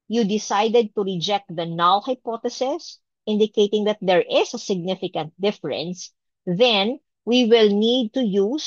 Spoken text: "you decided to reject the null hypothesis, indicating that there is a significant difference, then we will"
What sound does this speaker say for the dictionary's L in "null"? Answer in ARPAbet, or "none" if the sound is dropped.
W